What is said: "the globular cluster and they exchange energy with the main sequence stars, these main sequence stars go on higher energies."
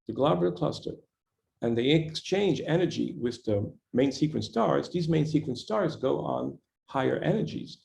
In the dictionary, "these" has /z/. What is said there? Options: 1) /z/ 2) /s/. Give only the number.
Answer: 1